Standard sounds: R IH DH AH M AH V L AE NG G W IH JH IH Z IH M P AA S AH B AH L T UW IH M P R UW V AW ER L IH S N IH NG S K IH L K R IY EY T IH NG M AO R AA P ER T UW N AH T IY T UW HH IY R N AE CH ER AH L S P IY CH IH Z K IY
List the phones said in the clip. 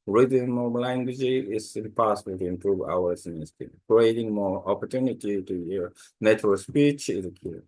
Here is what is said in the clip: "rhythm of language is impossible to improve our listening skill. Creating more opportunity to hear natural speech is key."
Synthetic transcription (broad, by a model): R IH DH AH M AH L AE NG G W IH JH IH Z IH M P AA S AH B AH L T UW IH M P R UW V AW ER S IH N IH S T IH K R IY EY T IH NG M AO R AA P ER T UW N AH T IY T UW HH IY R N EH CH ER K S P IY CH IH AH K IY